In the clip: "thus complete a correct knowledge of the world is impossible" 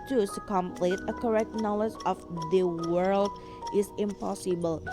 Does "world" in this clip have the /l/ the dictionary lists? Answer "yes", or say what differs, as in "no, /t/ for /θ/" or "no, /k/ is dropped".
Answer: yes